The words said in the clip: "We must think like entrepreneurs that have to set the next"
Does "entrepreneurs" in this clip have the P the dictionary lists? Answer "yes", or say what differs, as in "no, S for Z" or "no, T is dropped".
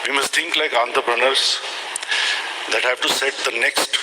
no, B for P